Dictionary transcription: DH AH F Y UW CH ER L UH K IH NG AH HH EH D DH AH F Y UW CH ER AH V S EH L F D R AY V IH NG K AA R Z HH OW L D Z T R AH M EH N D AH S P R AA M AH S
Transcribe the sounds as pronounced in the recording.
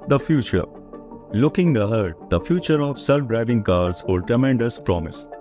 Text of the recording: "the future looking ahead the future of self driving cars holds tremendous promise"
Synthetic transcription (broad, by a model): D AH F Y UW CH ER L UH K IH NG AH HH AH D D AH F Y UW CH ER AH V S EH L F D R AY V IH NG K AA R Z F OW D T R AH M EH N D AH S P R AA M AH S